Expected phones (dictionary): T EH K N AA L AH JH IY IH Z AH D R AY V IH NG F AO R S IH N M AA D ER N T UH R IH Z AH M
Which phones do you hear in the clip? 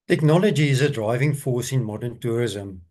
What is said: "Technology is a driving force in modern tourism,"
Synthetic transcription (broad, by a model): T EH K N AA L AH JH IY IH Z AH D R AY V IH NG F AO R S IH N M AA D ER N T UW R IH Z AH M